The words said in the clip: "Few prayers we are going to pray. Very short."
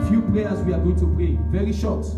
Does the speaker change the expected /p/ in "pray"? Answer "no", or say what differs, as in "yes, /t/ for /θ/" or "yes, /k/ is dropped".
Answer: yes, /b/ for /p/